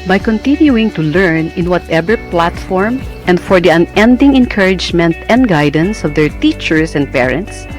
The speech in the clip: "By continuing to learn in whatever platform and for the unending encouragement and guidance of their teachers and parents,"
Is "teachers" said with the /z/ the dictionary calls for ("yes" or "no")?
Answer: no